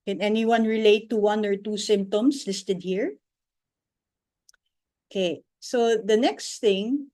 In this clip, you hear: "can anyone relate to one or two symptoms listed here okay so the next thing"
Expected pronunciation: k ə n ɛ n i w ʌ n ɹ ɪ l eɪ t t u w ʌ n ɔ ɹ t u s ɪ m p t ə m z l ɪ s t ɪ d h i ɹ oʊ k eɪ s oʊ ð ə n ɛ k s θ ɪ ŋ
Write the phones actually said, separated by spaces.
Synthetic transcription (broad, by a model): k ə n ɛ n i w ʌ n ɹ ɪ l eɪ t t u w ʌ n ɔ ɹ t u s ɪ m p t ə m s l ɪ s t ɪ d h i ɹ oʊ k eɪ s oʊ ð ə n ɛ k s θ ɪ ŋ